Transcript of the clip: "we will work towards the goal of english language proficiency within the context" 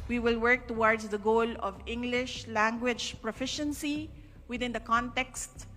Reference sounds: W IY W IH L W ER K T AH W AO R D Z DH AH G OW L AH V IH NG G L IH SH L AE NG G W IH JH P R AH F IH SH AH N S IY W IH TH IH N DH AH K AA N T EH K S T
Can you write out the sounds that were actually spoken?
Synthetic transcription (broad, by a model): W IY W IH L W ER K T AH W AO R D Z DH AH G OW L AH V IH NG G L IH SH L AE NG G W IH JH P R AH F IH SH AH N S IY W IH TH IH N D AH K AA N T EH K S T